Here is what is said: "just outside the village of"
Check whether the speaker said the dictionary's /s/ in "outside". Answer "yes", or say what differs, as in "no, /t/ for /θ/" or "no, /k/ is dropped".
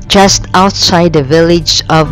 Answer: yes